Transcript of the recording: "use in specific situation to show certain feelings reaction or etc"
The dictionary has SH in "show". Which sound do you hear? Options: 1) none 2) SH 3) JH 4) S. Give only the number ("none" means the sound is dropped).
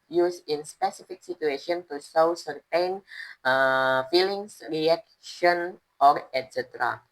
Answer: 4